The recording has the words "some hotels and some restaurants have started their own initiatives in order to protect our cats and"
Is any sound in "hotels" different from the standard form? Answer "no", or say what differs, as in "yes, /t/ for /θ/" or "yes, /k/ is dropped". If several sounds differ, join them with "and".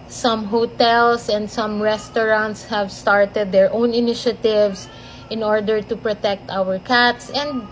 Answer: yes, /s/ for /z/